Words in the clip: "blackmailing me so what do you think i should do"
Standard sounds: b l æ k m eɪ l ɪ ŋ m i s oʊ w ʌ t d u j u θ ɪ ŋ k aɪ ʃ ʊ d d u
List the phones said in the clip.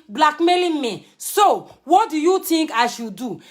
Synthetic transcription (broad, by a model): b l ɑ k m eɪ l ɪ m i s oʊ w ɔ t d u j u t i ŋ k aɪ ʃ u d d u